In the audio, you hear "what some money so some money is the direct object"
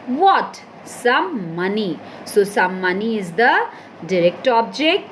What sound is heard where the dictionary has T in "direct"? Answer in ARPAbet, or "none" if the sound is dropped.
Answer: T